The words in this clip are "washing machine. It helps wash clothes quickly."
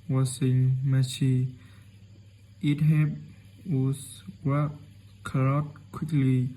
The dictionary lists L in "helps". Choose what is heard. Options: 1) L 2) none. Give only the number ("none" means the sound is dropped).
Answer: 2